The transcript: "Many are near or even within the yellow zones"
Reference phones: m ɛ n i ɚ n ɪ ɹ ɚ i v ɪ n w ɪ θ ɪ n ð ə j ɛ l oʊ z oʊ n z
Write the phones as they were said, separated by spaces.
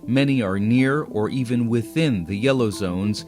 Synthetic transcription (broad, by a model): m ɛ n i ɚ n ɪ ɹ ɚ i v ɪ n w ɪ θ ɪ n ð ə j ɛ l oʊ z oʊ n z